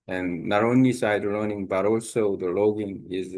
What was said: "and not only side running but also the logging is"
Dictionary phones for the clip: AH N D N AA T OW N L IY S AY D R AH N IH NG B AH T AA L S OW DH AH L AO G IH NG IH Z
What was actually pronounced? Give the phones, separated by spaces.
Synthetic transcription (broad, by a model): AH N N AA T OW N L IY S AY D L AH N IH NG B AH T AA L S OW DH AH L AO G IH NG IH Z